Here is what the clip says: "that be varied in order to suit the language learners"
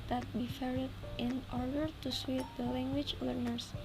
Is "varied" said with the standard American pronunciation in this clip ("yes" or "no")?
no